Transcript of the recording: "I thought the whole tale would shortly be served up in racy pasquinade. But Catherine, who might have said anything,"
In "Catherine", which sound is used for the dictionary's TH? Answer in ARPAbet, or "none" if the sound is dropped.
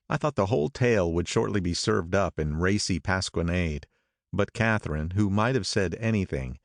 TH